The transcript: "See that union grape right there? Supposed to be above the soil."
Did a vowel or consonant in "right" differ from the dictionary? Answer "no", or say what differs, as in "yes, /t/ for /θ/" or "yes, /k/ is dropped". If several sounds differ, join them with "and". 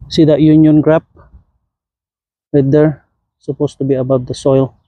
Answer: yes, /w/ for /ɹ/